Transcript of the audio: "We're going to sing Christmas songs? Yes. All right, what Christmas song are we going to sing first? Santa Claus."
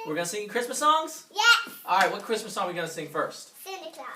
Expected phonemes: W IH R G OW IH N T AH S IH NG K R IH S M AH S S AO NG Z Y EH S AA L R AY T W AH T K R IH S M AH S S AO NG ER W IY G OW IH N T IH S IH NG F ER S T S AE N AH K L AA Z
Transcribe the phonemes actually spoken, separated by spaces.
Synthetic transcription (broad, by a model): W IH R G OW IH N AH S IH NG K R IH S M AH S S AO NG Z Y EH AA L R AY T W AH T K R IH S M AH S S AO NG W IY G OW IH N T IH S IH NG F ER S T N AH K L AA